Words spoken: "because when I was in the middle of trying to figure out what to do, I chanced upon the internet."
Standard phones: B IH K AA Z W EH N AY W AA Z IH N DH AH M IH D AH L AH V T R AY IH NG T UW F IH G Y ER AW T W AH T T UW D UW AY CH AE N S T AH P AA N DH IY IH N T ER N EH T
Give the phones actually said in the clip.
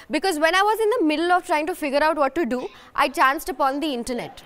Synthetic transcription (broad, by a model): B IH K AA Z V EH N AY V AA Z IH N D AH M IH D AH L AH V T R AY IH NG T UW F IH G Y ER AW T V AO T T UW D UW AY CH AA N S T AH P AA N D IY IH N T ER N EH T